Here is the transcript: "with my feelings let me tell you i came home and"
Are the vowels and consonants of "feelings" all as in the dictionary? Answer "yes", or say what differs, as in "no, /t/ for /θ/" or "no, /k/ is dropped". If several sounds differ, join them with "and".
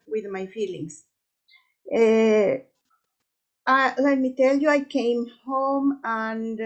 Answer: no, /s/ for /z/